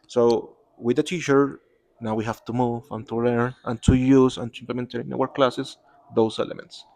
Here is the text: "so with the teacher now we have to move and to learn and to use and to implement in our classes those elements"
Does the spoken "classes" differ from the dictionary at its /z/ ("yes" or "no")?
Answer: yes